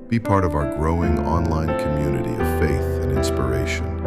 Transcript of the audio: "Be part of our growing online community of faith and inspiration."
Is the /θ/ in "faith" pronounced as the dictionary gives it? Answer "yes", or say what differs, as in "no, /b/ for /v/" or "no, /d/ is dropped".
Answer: yes